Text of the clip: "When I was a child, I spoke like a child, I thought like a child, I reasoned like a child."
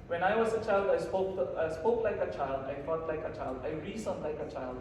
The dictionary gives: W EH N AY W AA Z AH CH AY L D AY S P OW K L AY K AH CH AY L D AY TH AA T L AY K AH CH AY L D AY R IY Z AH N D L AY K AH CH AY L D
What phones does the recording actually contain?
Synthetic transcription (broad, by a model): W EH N AY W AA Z AH CH AY L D AY S P OW K L AY K AH CH AY L D AY F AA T L AY K AH CH AY L D AY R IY S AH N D L AY K AH CH AY L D